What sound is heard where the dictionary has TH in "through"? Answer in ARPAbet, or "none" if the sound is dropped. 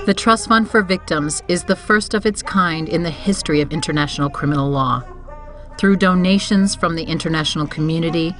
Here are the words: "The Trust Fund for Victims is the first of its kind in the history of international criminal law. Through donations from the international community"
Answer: TH